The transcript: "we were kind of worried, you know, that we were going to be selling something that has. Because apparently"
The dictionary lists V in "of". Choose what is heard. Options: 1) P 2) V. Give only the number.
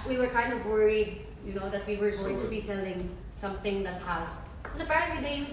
2